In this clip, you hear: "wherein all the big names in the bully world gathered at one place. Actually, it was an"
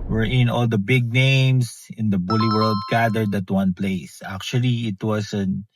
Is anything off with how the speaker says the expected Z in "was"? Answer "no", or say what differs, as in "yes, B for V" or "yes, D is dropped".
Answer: yes, S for Z